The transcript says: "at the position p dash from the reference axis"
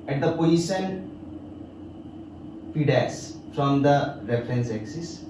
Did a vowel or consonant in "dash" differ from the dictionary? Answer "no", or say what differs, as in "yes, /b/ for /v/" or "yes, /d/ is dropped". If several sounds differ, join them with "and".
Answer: yes, /s/ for /ʃ/